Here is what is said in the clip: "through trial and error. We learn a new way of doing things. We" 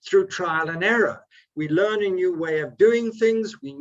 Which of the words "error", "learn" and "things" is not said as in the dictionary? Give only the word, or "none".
none